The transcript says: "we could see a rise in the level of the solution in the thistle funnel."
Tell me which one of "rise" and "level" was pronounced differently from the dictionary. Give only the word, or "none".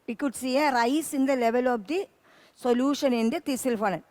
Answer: rise